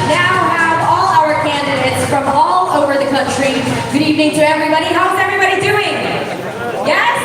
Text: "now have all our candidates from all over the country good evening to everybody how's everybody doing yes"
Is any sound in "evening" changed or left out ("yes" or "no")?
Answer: no